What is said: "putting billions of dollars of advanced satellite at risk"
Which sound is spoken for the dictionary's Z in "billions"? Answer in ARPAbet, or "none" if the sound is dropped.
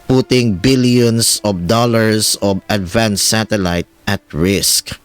S